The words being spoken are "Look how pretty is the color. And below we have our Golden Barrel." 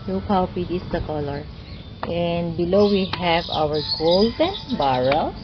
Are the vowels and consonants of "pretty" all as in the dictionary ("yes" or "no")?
no